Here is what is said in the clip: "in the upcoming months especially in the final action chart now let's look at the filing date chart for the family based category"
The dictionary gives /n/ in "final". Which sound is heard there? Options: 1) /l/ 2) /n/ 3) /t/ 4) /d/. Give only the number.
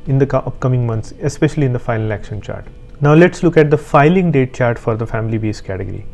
1